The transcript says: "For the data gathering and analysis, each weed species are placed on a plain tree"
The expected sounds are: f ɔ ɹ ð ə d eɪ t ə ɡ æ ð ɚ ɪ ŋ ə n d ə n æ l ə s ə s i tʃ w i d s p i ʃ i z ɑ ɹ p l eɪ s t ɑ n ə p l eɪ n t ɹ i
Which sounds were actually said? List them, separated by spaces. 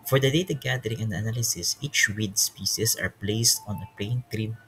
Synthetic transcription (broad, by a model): f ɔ ɹ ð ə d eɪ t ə ɡ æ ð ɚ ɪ ŋ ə n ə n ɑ l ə s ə s i tʃ w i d s p i s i s ɑ ɹ p l eɪ s t ɑ n ə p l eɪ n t ɹ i